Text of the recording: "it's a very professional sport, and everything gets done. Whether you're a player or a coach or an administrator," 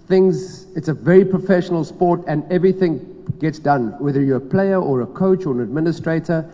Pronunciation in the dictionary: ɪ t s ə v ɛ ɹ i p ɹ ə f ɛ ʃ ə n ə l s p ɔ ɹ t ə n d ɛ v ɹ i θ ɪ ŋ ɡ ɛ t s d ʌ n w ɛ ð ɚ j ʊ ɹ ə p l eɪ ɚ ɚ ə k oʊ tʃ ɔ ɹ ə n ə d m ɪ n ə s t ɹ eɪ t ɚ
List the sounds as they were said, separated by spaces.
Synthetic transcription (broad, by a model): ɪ t s ə v ɛ ɹ i p ɹ ə f ɛ ʃ ə n ə l s p ɔ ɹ t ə n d ɛ v ɹ i θ ɪ ŋ ɡ ɛ t s d ʌ n w ɛ ð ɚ j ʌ ə p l eɪ ɚ ɚ ə k oʊ tʃ ɔ ɹ ə n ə d m ɪ n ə s t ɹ eɪ t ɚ